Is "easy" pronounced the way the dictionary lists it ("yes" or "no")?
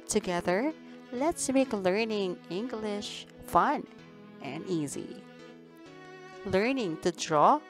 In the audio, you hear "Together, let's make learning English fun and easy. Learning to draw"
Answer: yes